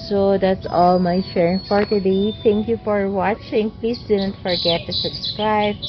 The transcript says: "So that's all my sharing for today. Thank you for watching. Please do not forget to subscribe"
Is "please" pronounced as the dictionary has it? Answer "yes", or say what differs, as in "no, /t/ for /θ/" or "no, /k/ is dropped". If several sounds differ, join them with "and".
no, /s/ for /z/